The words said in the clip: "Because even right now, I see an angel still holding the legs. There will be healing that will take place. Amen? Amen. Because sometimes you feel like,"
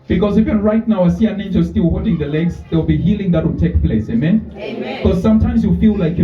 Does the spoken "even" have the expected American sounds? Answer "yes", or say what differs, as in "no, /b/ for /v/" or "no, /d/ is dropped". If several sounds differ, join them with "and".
no, /f/ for /v/